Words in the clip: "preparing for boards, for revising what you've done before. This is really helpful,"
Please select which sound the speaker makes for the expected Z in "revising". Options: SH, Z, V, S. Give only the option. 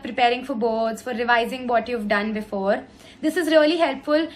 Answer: Z